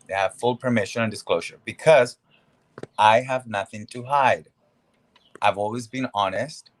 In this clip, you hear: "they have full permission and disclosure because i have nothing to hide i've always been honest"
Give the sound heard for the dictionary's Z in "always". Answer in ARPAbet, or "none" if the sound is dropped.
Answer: Z